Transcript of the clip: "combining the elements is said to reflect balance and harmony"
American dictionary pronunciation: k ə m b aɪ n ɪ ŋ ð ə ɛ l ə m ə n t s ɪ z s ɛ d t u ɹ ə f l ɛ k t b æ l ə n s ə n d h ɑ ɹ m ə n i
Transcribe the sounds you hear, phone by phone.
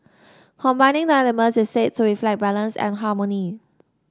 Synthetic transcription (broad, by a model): k ə m b aɪ n ɪ ŋ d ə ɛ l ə m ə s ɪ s s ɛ t u ɹ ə f l ɛ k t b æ l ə n s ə n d h ɑ m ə n i